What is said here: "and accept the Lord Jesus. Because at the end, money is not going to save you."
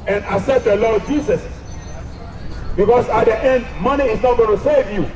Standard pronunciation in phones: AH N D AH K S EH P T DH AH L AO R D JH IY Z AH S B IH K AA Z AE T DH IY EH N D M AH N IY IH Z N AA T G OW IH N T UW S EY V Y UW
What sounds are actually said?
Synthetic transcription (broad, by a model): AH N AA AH S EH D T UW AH L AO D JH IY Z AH S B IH K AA S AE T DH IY EH N D M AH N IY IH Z N AA T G OW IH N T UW S EY V Y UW